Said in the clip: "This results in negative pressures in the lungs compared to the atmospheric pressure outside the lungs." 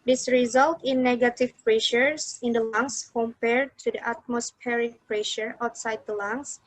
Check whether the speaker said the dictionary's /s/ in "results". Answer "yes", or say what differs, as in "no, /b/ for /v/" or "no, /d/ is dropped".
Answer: no, /s/ is dropped